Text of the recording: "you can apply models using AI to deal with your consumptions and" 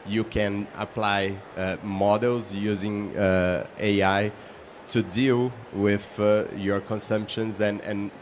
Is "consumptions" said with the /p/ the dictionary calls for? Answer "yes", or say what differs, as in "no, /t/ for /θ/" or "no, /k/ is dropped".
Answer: yes